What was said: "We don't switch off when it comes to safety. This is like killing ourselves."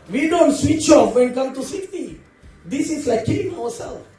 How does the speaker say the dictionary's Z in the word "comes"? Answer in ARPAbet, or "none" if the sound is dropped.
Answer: none